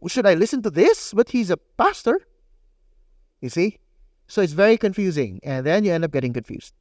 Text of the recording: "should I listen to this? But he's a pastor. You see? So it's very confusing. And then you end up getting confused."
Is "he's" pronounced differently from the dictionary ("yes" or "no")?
no